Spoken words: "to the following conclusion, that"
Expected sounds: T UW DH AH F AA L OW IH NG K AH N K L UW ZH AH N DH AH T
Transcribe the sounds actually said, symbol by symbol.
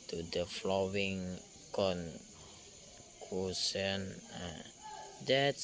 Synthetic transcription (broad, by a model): T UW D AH F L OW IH NG K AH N K UW S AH N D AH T